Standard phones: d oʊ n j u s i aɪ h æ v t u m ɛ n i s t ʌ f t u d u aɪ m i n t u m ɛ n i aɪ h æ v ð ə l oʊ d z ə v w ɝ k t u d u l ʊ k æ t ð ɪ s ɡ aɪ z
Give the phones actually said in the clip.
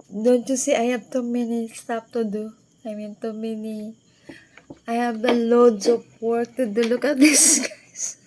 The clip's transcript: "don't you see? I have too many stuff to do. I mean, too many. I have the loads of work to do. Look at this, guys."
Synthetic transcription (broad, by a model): d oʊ n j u s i aɪ h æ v t u m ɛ n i s t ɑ p t u d u aɪ m i n t u m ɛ n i aɪ h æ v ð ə l oʊ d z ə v w ɝ k t u d u l ʊ k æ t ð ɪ s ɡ aɪ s